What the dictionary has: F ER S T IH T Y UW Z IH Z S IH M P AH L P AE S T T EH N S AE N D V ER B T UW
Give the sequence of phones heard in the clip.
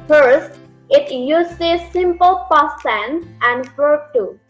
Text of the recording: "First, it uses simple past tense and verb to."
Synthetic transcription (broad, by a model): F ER S T IH T Y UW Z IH S IH M P AH L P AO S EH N AE N D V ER T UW